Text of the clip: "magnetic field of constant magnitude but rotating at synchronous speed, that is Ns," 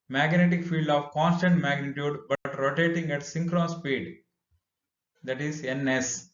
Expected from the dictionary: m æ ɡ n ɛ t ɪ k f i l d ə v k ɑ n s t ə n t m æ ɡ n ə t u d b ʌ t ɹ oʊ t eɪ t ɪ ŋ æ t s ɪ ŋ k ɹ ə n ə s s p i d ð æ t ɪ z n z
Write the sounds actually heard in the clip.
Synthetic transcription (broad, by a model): m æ ɡ n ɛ t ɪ k f i l d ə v k ɑ n s t ə n t m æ ɡ n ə t u d b ʌ t ɹ oʊ t eɪ t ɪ ŋ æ t s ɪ ŋ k ɹ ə n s s p i d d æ t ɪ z n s